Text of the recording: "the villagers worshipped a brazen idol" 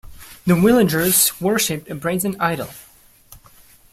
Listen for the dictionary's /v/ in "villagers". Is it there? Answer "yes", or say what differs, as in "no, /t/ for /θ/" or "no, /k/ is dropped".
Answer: no, /w/ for /v/